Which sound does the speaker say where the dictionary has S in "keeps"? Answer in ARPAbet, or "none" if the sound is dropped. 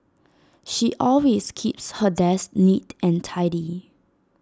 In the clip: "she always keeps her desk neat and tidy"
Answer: S